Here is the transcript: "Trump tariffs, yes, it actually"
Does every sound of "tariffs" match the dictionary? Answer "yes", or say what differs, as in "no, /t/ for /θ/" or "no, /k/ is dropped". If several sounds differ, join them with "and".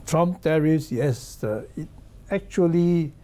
no, /f/ is dropped